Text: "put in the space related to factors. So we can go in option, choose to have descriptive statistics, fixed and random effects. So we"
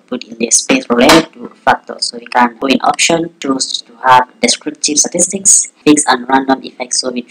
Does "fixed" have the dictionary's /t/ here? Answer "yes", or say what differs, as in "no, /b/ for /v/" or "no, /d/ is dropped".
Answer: no, /t/ is dropped